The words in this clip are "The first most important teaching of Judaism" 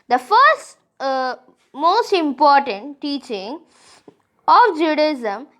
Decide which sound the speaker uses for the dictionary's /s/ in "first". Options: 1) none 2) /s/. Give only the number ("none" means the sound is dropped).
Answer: 2